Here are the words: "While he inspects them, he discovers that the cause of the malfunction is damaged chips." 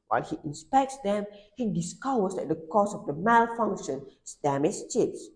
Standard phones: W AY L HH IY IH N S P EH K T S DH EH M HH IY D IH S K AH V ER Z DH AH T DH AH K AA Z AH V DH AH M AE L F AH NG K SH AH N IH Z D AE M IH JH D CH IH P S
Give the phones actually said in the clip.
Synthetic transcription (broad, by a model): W AY L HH IY IH N S P EH K T S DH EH M HH IY D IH S K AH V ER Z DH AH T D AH K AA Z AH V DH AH M AE L F AH NG K SH AH N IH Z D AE M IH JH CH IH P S